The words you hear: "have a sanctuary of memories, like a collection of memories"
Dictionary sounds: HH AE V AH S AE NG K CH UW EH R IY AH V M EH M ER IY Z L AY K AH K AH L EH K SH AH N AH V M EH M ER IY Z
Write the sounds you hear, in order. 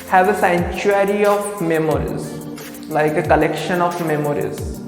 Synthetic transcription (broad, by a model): HH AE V AH S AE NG CH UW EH R IY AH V M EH M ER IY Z L AY K AH K AH L EH K SH AH N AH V M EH M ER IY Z